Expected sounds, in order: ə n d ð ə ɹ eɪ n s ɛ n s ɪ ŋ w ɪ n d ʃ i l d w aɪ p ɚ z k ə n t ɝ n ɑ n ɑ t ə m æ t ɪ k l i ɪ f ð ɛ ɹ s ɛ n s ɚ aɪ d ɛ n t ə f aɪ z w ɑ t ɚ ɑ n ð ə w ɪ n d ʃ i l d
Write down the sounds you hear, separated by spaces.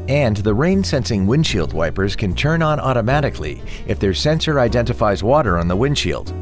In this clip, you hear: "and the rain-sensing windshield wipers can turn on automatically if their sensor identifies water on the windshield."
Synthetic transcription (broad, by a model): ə n ð ə ɹ eɪ n s ɛ n s ɪ ŋ w ɪ n ʃ i l d w aɪ p ɚ z k ə n t ɝ n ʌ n ɑ t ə m æ t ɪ k l i ɪ f ð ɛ ɹ s ɛ n s ɚ aɪ d ɛ n t ə f aɪ z w ɑ t ɚ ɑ n ð ə w ɪ n ʃ i l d